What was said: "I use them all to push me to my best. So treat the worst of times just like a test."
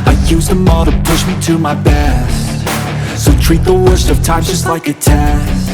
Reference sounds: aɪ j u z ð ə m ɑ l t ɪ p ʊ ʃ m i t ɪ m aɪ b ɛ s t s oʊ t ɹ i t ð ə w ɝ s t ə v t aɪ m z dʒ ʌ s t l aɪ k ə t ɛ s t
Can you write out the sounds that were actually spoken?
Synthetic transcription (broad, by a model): aɪ j u z ð ə m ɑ t ɪ p ʊ ʃ m i t ɪ m aɪ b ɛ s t s oʊ t ɹ i t ð ə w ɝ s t ə v t aɪ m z dʒ ʌ s t l aɪ k ə t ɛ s